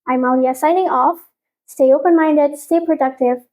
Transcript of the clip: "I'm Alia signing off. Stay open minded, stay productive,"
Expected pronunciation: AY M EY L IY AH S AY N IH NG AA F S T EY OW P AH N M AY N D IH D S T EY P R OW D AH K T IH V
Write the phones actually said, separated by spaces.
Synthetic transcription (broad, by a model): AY M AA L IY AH S AY N IH NG AA F S T EY OW P AH N M AY N D IH D S T EY P R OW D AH K T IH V